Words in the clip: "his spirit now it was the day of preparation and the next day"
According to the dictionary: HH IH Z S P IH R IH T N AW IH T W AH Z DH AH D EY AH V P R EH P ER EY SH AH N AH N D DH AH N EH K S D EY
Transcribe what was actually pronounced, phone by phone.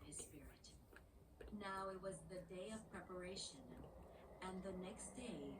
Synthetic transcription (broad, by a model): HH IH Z S P IH R IH T N AW IH T W AH Z DH AH D EY AH V P R EH P ER EY SH AH N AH N DH AH N EH K S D EY